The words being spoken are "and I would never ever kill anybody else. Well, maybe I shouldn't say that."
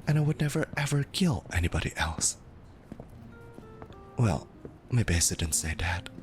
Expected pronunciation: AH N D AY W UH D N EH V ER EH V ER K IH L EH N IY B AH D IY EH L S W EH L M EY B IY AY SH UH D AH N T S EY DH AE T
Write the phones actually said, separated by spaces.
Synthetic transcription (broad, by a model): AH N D AY W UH D N EH V ER EH V ER K IH L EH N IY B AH D IY EH L S W EH L M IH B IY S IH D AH N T S EY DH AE T